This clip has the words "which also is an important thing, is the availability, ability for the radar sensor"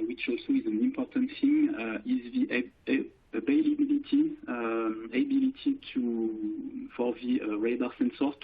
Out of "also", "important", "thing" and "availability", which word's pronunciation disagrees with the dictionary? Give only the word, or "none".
availability